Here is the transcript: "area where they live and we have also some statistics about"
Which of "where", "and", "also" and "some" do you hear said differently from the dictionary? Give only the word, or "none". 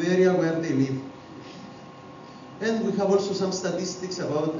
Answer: none